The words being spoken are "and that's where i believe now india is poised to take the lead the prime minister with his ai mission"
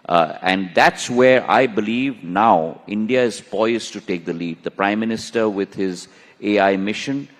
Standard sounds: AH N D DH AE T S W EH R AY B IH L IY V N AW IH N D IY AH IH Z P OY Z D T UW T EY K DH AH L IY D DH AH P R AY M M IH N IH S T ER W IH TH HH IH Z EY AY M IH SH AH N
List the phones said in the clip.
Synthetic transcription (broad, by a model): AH N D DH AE T S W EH R AY B IH L IY V N AW IH N D IY AH IH Z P OY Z T UW T EY K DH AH L IY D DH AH P R AY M M IH N IH S T ER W IH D HH IH Z EY AY M IH SH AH N